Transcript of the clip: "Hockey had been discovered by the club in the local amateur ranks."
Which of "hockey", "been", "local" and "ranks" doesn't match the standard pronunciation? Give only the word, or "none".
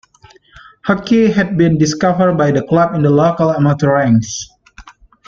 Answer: ranks